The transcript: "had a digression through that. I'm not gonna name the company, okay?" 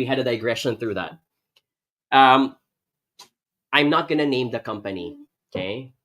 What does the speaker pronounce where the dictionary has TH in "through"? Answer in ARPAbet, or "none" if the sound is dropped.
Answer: TH